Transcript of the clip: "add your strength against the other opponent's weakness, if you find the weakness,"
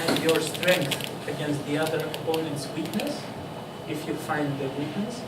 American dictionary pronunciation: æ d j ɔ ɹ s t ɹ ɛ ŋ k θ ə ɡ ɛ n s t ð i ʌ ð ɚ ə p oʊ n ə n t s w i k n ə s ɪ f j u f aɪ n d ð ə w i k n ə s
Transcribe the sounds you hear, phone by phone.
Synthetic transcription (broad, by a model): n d j ɔ ɹ s t ɹ ɛ ŋ k θ ə ɡ ɛ n s t ð i ʌ ð ɚ ə p oʊ n ə n t s w i k n ə s ɪ f j u f aɪ n d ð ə w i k n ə s